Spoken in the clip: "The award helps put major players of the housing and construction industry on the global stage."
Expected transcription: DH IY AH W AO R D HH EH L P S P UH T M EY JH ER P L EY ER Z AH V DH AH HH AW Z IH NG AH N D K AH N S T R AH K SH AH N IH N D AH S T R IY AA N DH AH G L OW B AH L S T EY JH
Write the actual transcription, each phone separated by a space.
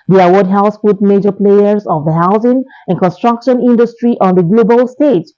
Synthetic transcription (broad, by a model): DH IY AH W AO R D HH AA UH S F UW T M EY JH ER P L EY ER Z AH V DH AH HH AW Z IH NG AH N K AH N S T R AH K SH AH N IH N D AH S T R IY AA N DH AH G L OW B AH L S T EY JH